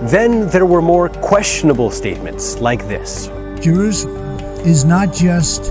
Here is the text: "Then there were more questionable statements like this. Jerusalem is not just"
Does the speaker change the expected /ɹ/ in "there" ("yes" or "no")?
no